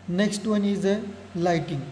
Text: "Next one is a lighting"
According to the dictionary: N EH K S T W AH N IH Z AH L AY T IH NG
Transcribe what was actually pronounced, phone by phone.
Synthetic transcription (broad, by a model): N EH K S T W AH N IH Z AH L AY T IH NG